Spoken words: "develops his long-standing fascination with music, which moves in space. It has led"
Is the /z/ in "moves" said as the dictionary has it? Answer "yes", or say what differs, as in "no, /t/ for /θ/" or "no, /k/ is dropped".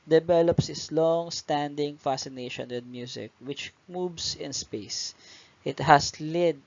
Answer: no, /s/ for /z/